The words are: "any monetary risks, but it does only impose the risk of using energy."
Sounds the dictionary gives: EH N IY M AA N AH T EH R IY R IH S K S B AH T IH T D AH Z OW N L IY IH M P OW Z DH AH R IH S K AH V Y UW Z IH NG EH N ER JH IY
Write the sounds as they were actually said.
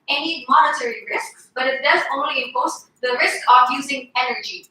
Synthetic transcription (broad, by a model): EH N IY M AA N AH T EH R IY R IH S K S B AH T IH T D AH Z OW N L IY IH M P OW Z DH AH R IH S K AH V Y UW Z IH NG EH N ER JH IY